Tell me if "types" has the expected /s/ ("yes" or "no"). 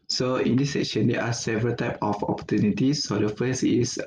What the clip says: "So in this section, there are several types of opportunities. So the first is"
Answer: no